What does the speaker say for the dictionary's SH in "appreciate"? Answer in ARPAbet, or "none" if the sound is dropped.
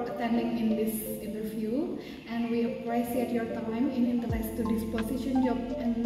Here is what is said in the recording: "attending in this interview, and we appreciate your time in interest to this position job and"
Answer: S